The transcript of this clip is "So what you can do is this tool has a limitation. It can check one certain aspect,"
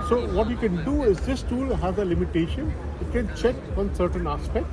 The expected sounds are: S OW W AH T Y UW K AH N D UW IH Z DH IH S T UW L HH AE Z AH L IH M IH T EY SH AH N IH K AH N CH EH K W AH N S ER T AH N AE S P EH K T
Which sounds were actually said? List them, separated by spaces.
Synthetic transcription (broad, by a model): S OW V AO T Y UW K AH N D UW IH Z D IH S T UW L HH AE Z AH L IH M IH T EY SH AH N IH K AH N CH EH K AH N S ER T AH N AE S P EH K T